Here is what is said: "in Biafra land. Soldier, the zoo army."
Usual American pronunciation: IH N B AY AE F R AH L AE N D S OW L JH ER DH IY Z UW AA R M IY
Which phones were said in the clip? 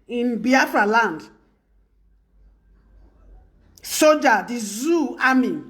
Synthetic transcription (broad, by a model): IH N B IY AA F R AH L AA N D S OW JH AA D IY Z UW AA M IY